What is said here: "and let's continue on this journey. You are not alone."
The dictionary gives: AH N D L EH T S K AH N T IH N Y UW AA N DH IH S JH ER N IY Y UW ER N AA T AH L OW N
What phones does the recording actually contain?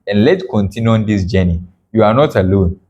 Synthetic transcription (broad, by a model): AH N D L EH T K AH N T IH N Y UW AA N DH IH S JH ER N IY Y UW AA N AA T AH L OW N